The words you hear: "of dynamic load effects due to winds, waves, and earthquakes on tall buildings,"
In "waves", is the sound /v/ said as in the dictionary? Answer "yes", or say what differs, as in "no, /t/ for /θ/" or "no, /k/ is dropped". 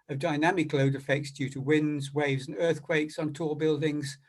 yes